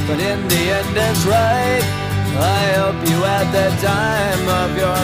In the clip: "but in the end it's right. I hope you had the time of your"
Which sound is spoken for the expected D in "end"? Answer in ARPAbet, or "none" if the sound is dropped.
D